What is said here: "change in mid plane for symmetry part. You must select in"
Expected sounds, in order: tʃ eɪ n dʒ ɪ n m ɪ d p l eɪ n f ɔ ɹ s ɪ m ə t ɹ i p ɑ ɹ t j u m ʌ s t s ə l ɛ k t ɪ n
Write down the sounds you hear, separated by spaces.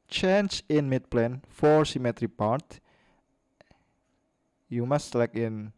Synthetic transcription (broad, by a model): tʃ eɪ n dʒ ɪ n m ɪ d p l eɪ n f ɔ ɹ s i m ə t ɹ i p ɑ ɹ t j u m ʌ s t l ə ɪ k ɪ n